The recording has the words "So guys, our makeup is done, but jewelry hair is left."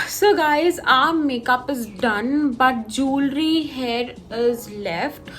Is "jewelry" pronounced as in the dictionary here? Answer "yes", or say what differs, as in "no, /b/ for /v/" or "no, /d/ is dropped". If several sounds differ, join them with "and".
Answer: yes